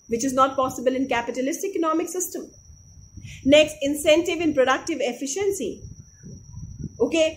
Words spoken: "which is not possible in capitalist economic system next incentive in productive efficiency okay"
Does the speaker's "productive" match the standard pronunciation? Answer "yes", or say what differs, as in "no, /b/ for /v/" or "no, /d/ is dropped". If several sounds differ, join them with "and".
yes